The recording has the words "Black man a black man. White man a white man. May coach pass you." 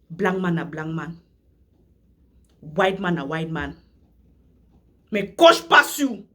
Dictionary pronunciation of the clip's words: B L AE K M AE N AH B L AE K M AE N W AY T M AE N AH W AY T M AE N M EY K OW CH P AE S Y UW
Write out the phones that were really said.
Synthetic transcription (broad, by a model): B L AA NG M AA N AH B L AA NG M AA N W AY T M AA N AH W AY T M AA N M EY K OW SH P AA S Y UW